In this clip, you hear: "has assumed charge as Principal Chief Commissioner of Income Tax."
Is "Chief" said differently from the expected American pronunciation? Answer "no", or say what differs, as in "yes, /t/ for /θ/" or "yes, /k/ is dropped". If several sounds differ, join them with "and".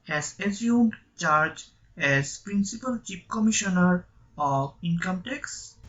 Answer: yes, /p/ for /f/